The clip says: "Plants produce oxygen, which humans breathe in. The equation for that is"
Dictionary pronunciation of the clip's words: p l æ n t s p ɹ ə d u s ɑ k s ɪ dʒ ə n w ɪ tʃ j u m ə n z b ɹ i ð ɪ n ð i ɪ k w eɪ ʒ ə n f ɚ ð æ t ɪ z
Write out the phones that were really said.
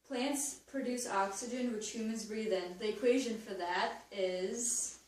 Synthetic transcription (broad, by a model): p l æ n t s p ɹ ə d u s ɑ k s ɪ dʒ ə n w ɪ tʃ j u m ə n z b ɹ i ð ɪ n ð i ɪ k w eɪ ʒ ə n f ɚ ð æ t ɪ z